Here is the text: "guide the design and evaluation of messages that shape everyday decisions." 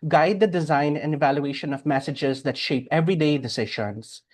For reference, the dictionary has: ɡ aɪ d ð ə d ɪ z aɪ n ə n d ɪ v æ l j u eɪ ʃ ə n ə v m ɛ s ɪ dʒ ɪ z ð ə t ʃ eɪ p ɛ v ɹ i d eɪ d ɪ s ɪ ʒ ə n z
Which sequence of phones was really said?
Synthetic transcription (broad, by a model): ɡ aɪ d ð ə d ɪ z aɪ n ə n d ɪ v æ l j u eɪ ʃ ə n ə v m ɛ s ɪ dʒ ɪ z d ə t ʃ eɪ p ɛ v ɹ i d eɪ d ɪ s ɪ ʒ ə n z